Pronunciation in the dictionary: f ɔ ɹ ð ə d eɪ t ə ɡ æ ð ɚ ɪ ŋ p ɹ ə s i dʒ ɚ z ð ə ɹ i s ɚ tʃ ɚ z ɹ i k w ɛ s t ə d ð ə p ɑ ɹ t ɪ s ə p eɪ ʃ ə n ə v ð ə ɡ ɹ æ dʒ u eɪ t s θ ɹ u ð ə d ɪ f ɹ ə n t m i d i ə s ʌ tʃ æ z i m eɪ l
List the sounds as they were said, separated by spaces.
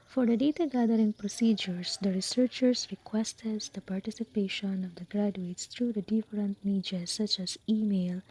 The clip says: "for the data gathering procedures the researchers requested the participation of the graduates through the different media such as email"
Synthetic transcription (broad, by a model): f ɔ ɹ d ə d eɪ t ə ɡ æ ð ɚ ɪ ŋ p ɹ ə s i dʒ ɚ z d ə ɹ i s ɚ tʃ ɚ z ɹ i k w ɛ s t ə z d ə p ɑ ɹ t ɪ s ə p eɪ ʃ ə n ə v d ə ɡ ɹ æ dʒ u eɪ t s t ɹ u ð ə d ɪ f ɹ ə n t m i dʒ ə s ʌ tʃ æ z i m eɪ l